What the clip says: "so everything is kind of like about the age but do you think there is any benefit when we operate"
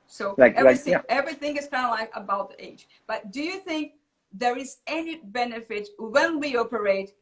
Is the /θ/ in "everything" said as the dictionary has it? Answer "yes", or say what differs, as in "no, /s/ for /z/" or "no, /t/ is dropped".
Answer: yes